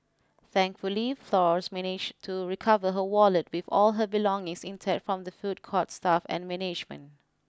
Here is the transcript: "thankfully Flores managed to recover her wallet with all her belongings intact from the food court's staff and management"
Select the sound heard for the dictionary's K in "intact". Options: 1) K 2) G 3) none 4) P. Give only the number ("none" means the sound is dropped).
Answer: 3